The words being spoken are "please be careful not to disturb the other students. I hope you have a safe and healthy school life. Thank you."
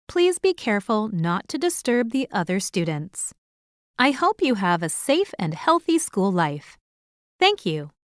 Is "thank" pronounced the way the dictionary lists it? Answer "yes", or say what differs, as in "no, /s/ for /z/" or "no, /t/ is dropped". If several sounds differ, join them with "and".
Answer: yes